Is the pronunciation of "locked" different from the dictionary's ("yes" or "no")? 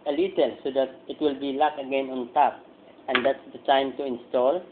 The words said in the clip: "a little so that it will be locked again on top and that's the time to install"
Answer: yes